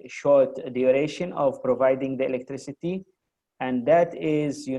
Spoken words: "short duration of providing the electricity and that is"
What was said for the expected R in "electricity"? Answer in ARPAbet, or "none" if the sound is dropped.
R